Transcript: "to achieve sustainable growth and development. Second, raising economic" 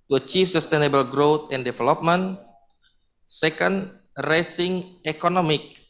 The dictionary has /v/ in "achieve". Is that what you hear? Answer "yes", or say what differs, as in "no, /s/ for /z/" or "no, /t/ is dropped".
no, /f/ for /v/